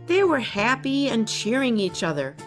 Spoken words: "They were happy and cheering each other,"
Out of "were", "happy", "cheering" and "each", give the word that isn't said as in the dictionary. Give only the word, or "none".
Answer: none